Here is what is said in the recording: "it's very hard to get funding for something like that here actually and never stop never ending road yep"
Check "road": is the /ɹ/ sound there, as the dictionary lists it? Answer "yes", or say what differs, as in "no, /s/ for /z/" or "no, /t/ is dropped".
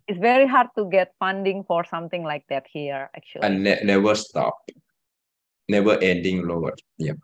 no, /l/ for /ɹ/